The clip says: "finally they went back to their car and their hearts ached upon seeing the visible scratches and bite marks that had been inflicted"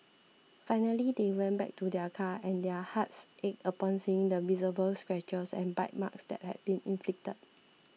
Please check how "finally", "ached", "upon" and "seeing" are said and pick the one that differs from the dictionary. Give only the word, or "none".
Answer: ached